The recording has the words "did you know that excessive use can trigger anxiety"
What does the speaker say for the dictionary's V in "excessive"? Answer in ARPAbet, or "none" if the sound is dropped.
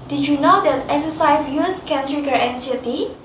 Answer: F